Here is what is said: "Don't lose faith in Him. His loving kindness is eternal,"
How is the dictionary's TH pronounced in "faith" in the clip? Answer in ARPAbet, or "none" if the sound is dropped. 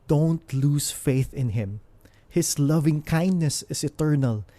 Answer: TH